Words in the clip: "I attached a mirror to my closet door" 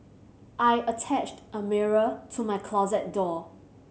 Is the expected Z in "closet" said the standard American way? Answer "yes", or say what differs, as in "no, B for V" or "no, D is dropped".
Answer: yes